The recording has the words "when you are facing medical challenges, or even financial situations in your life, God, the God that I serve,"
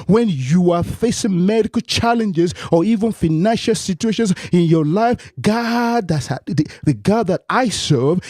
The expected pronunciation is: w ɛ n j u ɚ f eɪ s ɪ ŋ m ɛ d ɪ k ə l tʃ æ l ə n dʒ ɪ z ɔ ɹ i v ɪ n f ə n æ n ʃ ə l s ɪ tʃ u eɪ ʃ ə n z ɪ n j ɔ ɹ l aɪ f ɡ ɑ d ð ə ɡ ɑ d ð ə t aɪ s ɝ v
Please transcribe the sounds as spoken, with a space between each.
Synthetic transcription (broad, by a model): w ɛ n j u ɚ f eɪ s ɪ ŋ m ɛ d ɪ k ə l tʃ æ l ə n dʒ ɪ z ɔ ɹ i v ɪ n f ə n æ n ʃ ə l s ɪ tʃ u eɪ ʃ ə n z ɪ n j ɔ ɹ l aɪ f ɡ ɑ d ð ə ɡ ɑ d ð ə t aɪ s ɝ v